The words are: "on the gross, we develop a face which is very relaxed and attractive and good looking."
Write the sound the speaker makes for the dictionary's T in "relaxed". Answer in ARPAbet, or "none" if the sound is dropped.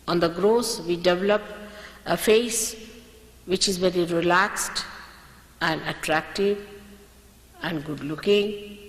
T